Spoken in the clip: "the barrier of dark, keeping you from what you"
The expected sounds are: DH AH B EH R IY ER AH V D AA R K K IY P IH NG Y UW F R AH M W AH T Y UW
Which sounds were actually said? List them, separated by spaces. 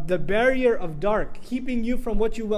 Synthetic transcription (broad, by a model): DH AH B EH R IY ER AH V D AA R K K IY P IH NG Y UW F R AH M W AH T Y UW